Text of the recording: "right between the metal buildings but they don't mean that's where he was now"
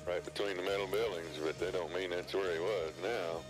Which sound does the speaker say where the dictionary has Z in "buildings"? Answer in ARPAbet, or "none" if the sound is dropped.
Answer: Z